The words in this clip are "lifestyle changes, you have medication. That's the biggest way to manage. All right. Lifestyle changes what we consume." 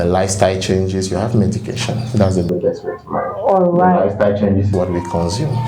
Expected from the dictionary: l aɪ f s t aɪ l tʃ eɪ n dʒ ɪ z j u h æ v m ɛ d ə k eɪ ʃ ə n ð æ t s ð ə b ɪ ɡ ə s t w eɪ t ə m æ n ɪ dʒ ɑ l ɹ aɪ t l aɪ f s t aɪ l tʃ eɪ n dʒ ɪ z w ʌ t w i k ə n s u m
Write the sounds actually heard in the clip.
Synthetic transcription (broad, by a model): l aɪ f s t aɪ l tʃ eɪ n dʒ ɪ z j u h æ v m ɛ d ə k eɪ ʃ ə n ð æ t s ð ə b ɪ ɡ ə s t w eɪ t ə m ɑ ɪ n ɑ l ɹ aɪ l aɪ f s t aɪ l tʃ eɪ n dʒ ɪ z w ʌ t w i k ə n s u m